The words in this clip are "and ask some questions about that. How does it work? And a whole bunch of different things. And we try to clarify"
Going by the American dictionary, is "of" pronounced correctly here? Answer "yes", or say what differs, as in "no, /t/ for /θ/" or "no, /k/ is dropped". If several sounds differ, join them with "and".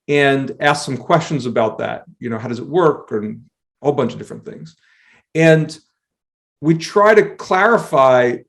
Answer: yes